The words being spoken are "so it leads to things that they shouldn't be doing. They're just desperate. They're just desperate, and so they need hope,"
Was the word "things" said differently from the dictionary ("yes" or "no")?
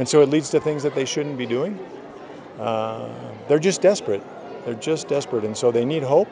no